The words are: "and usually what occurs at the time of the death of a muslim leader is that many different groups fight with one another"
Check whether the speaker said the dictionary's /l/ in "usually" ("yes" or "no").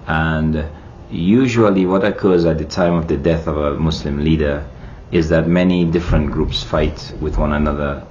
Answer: yes